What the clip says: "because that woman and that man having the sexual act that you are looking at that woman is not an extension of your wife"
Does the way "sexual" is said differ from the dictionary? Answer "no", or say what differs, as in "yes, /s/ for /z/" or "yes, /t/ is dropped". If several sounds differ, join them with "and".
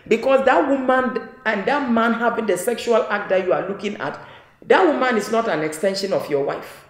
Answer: no